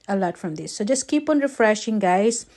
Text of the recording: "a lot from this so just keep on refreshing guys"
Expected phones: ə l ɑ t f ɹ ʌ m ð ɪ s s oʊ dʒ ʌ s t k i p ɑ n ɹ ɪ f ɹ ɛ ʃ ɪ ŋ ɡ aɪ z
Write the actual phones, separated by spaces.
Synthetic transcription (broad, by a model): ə l ɑ t f ɹ ʌ m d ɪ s s oʊ dʒ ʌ s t k i p ɑ n ɹ ɪ f ɹ ɛ ʃ ɪ ŋ ɡ aɪ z